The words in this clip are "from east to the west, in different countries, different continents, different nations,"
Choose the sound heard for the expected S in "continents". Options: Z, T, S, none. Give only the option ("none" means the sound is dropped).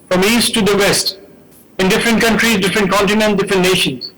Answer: none